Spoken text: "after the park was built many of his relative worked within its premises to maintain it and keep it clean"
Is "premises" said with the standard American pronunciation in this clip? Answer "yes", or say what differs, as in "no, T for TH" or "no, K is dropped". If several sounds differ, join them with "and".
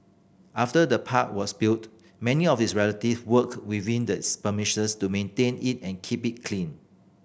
no, R is dropped and SH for S and S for Z